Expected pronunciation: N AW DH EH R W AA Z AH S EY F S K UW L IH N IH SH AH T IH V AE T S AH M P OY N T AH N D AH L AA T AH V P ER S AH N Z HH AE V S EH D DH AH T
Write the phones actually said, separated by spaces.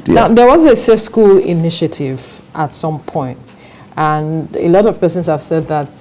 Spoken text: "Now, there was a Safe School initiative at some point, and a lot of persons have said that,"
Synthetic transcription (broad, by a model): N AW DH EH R W AA Z AH S EY F S K UW L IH N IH SH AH T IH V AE T S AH M P OY N T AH N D AH L AA T AH V P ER S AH N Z HH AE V S EH D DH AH T